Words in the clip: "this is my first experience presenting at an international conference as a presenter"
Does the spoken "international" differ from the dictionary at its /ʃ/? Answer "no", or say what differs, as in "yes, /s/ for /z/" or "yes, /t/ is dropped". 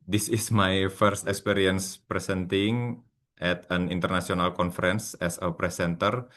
yes, /s/ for /ʃ/